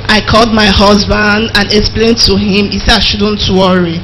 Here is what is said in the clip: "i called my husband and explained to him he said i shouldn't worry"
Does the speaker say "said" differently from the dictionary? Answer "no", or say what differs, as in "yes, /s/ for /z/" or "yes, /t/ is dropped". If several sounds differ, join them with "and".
yes, /d/ is dropped